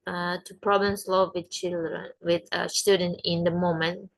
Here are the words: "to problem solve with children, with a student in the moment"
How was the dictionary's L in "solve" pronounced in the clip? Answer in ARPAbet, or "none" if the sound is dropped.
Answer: none